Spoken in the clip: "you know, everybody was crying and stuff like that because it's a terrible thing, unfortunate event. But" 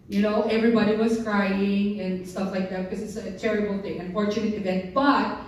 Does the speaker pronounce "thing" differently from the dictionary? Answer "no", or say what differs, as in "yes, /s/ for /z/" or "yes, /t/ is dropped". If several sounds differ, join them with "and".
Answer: no